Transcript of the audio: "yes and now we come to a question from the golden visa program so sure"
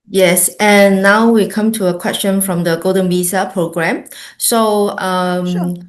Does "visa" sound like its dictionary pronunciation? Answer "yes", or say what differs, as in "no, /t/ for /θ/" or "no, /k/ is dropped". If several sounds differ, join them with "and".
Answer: no, /b/ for /v/